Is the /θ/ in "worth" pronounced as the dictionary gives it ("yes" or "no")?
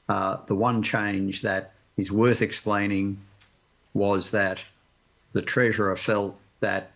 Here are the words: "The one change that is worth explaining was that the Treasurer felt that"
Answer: yes